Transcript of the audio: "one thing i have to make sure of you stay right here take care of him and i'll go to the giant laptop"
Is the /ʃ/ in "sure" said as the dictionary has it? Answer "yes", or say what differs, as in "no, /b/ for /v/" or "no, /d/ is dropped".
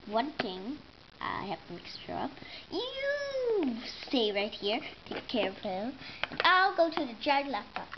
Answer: no, /s/ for /ʃ/